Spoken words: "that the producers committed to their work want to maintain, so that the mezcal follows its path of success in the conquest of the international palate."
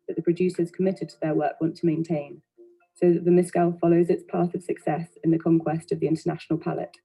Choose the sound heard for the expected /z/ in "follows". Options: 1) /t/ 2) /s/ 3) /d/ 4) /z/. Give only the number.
4